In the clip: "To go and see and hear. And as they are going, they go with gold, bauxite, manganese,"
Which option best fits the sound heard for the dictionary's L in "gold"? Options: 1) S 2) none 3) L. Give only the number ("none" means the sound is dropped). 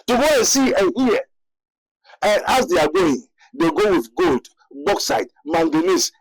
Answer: 3